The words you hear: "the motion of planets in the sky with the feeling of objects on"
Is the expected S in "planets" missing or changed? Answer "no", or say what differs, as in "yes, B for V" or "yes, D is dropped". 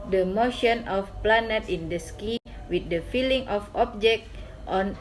yes, S is dropped